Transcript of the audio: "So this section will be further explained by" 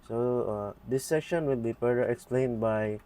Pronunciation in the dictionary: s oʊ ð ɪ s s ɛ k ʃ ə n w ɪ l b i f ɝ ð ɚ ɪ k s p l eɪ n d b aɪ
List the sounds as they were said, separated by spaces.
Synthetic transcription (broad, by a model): s oʊ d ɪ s s ɛ k ʃ ə n w ɪ l b i p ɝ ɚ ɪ k s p l eɪ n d b aɪ